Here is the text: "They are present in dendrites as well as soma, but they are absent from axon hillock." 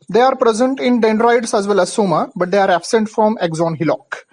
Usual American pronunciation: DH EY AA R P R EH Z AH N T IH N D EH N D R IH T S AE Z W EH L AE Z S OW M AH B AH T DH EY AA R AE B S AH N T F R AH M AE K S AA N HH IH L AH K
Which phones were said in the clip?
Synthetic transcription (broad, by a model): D EY AA R P R EH Z AH N T IH N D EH N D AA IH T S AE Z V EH L AE Z S OW M AH B AH T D EY AA R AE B S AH N T F R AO M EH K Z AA N HH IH L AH K